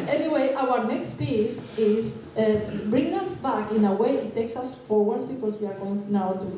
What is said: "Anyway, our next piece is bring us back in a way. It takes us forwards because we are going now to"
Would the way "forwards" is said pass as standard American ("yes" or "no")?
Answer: no